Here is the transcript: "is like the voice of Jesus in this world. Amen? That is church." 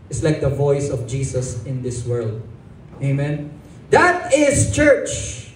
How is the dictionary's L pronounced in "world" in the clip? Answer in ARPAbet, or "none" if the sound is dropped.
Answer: L